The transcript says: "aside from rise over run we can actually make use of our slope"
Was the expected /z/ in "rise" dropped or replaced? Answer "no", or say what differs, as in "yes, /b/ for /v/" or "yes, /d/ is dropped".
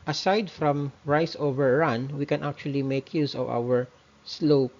yes, /s/ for /z/